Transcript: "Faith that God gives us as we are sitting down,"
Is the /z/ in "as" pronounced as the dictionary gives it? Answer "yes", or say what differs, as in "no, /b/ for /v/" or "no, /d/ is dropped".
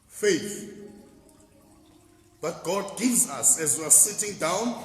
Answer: yes